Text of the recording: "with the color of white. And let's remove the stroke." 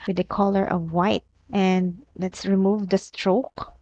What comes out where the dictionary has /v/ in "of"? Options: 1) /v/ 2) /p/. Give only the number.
1